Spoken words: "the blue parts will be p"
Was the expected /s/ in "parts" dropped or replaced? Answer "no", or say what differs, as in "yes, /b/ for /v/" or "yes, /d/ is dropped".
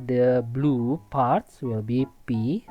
no